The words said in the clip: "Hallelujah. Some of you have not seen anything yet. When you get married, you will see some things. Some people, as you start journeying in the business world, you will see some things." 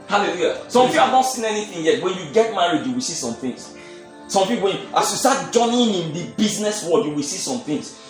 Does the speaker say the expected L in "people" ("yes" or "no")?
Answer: no